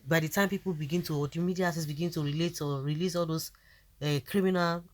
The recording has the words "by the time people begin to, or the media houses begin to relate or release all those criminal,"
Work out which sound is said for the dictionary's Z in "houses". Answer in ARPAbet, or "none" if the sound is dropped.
S